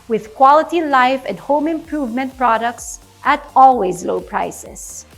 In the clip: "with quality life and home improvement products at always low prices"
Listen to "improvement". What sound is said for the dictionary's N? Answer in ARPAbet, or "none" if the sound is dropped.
N